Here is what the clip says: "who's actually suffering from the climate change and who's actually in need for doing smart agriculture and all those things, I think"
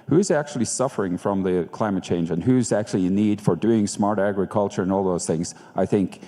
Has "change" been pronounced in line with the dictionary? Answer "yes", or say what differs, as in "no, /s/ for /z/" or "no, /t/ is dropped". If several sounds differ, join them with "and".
yes